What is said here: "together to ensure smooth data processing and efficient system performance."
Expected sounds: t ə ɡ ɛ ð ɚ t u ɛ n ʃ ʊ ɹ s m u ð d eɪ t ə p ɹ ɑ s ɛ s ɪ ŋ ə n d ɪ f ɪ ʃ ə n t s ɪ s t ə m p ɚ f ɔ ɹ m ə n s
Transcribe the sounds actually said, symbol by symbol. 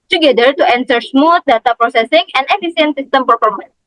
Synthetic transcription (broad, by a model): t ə ɡ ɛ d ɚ t u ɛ n s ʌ ɹ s m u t d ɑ t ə p ɹ ɑ s ɛ s ɪ ŋ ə n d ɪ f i s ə n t s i s t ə m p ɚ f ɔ ɹ m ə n